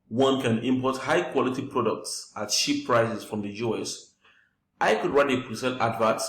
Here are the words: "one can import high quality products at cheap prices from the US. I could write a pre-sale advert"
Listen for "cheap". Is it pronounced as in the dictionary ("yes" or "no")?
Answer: no